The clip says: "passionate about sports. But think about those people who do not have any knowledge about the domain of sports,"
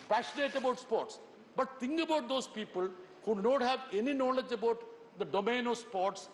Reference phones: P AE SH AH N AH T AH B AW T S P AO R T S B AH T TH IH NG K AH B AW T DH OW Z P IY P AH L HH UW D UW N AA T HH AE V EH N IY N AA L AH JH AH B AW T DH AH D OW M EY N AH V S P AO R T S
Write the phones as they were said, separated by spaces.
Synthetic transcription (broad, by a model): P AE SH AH N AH T AH B AW T S P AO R T S B AH T T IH NG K AH B AW T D OW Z P IY P AH L HH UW UW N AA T HH AE V EH N IY N AA L AH JH AH B AW T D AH D OW M EY N AH V S P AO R T S